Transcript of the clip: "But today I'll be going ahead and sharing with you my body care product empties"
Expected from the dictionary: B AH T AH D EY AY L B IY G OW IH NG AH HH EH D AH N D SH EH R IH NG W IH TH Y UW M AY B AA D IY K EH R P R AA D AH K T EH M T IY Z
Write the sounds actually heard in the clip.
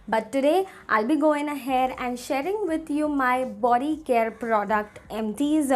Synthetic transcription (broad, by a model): B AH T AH D EY AY L B IY G OW IH NG AH HH EH D AH N D SH EH R IH NG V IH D Y UW M AY B AA D IY K EH R P R AA D AH K T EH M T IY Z